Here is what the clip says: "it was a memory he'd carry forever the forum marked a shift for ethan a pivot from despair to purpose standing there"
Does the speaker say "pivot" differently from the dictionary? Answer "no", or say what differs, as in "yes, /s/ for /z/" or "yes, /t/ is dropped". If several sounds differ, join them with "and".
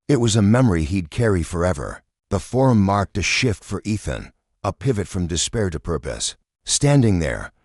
no